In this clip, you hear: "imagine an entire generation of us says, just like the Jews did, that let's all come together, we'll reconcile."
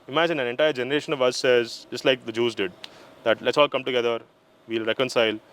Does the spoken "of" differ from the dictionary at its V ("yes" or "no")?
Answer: no